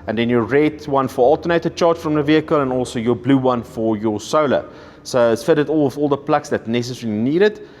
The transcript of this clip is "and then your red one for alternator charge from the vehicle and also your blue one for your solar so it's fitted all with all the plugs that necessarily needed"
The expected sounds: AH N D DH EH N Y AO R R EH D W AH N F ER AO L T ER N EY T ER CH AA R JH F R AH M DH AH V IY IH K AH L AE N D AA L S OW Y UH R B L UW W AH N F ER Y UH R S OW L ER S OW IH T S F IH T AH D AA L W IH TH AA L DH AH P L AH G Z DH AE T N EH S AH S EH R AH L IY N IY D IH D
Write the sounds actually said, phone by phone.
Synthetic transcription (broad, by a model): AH N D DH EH N Y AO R R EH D W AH N F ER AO L T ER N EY T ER CH AA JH F R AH M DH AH V IY IH K AH L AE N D AA L S OW Y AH B L UW W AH N F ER Y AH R S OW L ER S OW IH T S F IH T AH D AA L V AA L DH AH P L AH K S DH AE T N EH S AH S EH R AH L IY N IY D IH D